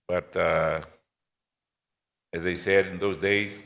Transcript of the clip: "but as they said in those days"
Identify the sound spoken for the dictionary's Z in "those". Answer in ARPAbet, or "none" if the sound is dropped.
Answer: Z